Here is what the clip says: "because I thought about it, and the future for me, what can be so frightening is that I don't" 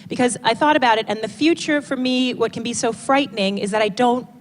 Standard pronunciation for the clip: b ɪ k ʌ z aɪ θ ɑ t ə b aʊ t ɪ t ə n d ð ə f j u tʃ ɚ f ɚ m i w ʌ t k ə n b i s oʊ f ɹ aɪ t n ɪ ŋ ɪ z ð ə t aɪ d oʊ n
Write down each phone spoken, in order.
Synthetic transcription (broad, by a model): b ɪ k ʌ z aɪ θ ɑ t ə b aʊ t ɪ t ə n ð ə f j u tʃ ɚ f ɚ m i w ʌ t k n b i s oʊ f ɹ aɪ t n ɪ ŋ ɪ z ð ə t aɪ d oʊ n